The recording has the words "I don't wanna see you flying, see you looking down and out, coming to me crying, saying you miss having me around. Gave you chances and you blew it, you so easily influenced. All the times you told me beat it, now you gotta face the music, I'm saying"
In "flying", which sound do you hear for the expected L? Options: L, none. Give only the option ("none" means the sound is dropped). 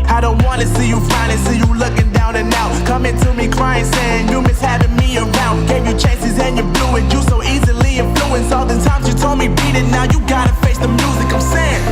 none